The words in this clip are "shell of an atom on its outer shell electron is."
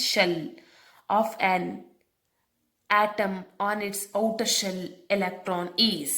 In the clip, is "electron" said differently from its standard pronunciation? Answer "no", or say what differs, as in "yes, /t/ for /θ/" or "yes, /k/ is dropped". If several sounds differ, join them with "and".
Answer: no